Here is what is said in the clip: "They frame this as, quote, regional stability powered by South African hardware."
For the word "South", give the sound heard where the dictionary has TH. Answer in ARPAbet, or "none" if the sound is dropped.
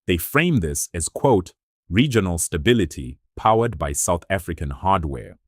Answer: TH